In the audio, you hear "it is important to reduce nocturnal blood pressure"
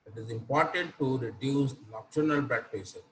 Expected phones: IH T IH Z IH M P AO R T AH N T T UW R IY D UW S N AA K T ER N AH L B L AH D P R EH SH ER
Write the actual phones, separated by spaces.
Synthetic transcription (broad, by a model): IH T IH Z IH M P AO R T AH N T T UW R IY D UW S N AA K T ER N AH L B EH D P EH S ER